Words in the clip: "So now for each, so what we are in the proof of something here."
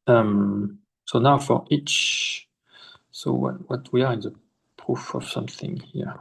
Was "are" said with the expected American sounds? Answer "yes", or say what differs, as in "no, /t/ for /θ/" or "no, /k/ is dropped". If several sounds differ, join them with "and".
yes